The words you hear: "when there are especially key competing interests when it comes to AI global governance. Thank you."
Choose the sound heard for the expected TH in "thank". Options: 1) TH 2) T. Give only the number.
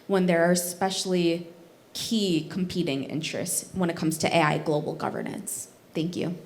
1